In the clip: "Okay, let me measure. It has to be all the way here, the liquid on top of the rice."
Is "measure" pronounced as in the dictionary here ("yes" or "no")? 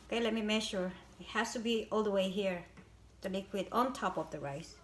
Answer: no